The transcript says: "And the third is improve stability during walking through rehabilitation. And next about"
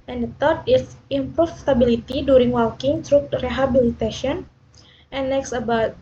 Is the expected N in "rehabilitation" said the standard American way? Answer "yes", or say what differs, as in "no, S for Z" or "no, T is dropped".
no, N is dropped